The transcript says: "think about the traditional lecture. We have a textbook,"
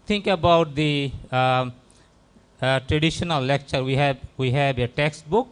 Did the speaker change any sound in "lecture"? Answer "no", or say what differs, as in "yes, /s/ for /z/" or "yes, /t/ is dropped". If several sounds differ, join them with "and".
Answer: no